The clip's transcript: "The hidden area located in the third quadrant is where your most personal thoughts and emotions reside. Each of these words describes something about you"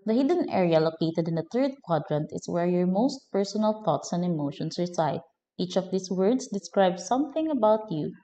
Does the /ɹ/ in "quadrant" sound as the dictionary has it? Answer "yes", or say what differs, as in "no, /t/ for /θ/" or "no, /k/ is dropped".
yes